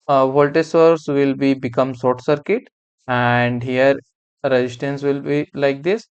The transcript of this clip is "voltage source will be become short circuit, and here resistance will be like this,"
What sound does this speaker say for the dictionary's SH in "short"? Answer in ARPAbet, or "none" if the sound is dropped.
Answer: S